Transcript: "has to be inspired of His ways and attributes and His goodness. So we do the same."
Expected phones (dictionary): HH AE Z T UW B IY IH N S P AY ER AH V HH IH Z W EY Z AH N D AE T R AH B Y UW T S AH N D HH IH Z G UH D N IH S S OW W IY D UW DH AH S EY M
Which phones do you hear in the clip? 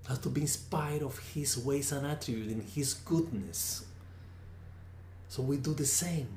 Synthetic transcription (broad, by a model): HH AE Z T UW B IY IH N S P AY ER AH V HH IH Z W EY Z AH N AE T R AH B Y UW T AH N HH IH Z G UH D N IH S S OW W IY D UW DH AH S EY M